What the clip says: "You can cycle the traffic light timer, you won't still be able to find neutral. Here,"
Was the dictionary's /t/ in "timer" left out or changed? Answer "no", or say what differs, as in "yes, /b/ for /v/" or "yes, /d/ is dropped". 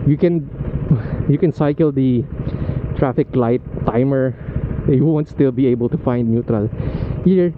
no